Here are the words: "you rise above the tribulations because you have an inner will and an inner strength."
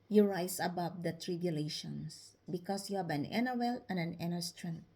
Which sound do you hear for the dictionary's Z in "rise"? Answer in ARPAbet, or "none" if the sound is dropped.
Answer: S